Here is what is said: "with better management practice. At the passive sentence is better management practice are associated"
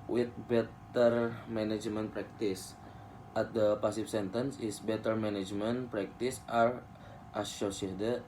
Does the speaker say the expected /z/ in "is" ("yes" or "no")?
no